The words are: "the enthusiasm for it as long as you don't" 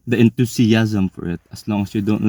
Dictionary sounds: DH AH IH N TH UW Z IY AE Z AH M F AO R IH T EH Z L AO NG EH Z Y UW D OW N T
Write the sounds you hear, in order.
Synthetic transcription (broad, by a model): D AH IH N T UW S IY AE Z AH M F AO R IH T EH S L AO NG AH S Y UW D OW N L